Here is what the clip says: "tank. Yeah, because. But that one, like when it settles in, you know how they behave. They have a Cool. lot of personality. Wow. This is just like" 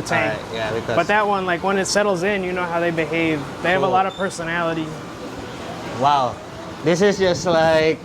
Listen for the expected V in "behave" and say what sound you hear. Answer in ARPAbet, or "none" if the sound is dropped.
V